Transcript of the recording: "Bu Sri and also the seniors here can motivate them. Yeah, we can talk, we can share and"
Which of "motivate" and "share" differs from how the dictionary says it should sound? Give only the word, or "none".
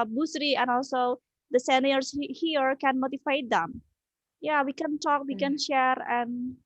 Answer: motivate